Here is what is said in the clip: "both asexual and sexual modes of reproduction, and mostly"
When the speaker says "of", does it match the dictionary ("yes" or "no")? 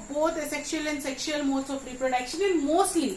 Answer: no